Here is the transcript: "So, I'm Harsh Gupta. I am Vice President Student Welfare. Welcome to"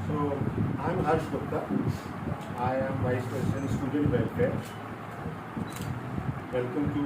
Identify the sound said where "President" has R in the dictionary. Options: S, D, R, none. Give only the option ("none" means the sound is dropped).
none